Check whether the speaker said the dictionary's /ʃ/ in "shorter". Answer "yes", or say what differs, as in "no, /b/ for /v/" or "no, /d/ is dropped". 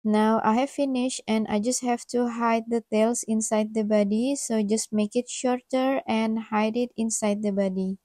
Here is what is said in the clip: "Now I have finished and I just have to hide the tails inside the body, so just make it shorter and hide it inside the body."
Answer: yes